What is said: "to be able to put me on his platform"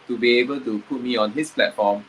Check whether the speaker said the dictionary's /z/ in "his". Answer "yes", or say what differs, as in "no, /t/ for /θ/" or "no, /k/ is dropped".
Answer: no, /s/ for /z/